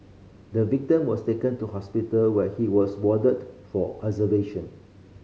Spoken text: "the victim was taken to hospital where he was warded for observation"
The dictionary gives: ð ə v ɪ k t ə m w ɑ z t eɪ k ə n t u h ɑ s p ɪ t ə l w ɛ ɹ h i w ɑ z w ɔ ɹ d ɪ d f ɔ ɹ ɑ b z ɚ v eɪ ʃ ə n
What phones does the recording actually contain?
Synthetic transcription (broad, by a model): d ə v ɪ k t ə m w ɑ s t eɪ k ə n t u h ɑ s p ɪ t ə l w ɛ h i w ɑ s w ɔ d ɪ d f ɔ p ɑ z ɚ v eɪ ʃ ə n